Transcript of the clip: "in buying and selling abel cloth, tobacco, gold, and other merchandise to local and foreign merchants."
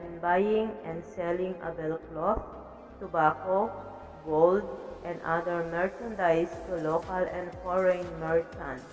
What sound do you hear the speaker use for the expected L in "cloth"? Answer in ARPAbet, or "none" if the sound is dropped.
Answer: L